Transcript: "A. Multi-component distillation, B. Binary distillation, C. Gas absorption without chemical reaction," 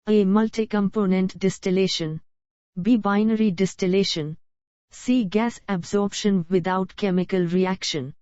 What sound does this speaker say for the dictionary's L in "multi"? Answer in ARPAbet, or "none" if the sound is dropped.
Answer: L